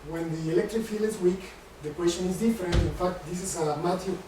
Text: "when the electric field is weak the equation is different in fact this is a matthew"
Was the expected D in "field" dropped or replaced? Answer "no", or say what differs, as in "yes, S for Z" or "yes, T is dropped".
yes, D is dropped